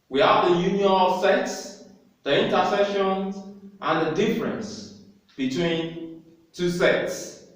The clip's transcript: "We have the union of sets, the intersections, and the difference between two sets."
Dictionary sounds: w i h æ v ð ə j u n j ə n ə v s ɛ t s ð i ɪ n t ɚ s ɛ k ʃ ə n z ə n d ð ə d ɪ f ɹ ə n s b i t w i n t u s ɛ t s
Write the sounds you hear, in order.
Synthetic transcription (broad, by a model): w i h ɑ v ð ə j u n j ə n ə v s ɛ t s ð i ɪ n t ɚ s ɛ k ʃ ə n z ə n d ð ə d ɪ f ɹ ə n s b i t w i n t u s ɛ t s